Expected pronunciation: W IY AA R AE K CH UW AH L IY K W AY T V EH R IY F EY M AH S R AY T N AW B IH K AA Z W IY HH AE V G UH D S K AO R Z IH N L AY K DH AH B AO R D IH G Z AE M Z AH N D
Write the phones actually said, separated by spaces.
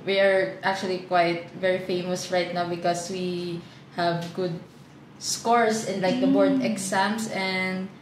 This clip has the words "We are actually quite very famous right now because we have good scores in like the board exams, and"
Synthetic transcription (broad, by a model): W IY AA R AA K CH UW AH L IY K W AY T V EH R IY F EY M AH S R AY T N AW B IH K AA S W IY HH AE V G UH D S K AO R S IH N L AY K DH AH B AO R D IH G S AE M S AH N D